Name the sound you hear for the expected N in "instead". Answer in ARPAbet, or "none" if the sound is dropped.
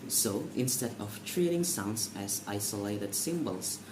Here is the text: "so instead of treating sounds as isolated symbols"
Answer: N